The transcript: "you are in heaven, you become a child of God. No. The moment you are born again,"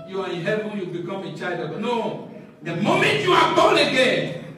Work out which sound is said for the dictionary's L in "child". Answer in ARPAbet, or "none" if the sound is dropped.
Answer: none